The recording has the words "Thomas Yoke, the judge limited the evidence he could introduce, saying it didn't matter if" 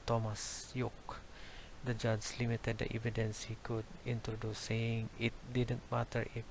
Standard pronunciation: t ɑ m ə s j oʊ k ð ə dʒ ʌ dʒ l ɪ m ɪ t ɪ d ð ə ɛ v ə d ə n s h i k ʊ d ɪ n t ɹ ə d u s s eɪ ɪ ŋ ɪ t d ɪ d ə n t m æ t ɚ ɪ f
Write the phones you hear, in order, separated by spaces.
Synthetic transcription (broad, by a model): t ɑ m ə s j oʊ k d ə dʒ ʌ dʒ l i m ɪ t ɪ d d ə ɛ v ə d ə n s h i k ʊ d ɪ n t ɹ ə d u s s eɪ ɪ ŋ ɪ t d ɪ d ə n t m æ t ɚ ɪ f